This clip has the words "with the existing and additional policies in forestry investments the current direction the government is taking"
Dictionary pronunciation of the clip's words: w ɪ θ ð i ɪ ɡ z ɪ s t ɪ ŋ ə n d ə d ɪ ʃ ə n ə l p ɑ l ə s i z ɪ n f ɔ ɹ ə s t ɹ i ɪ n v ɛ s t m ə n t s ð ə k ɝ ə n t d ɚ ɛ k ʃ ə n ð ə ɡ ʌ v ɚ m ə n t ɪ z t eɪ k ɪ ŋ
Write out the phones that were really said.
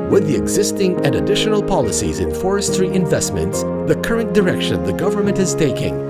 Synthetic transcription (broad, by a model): w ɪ ð i ɪ ɡ z ɪ s t ɪ ŋ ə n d ə d ɪ ʃ ə n ə l p ɑ l ə s i z ɪ n f ɔ ɹ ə s t ɹ i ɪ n v ɛ s t m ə n t s ð ə k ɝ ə n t d ɚ ɛ k ʃ ə n ð ə ɡ ʌ v ɚ m ə n t ɪ z t eɪ k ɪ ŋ